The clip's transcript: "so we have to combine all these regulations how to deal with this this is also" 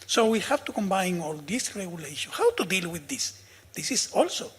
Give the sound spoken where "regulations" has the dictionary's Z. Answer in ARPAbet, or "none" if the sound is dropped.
none